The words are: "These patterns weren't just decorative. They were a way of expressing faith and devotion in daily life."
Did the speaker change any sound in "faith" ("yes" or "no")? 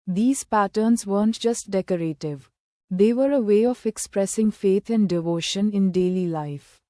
yes